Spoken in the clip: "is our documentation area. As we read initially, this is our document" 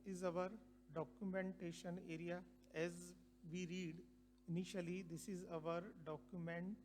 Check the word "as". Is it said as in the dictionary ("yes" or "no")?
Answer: yes